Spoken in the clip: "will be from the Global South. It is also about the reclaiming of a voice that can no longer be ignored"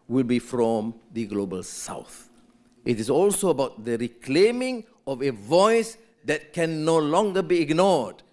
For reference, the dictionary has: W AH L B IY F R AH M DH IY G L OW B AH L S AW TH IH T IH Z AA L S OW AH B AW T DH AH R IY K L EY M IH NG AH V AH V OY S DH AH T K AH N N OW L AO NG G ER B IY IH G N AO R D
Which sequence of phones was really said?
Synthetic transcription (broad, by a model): W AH L B IY F R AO M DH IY G L OW B AH L S AW TH IH T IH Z AA L S OW AH B AW T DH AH R IY K L EY M IH NG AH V AH V OY S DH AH T K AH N N OW L AO NG G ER B IY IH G N AO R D